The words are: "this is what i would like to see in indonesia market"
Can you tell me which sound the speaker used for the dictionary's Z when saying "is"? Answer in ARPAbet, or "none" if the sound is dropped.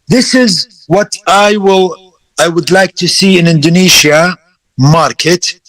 Z